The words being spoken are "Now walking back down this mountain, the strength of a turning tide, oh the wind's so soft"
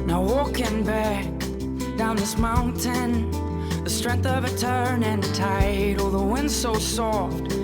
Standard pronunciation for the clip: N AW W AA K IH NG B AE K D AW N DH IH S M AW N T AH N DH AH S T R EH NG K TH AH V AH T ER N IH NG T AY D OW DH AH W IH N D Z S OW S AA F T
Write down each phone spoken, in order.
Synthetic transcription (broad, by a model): N AW W AA K IH NG B AE K D AW N DH IH S M AW N T AH N DH AH S T R EH NG K TH AH V AH T ER N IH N T AY D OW DH AH W IH N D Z S OW S AA F T